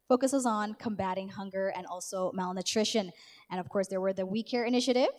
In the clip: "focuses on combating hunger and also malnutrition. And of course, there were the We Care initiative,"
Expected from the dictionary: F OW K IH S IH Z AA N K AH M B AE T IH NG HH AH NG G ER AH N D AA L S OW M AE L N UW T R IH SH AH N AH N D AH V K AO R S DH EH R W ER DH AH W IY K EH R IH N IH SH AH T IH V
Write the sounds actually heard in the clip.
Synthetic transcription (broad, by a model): F OW K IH S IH Z N K AH M B AE T IH NG HH AH NG G ER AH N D AA L S OW M AE L N UW T R IH SH AH N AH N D AH V K AO R S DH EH R W ER DH AH W IY K EH R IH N IH SH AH T IH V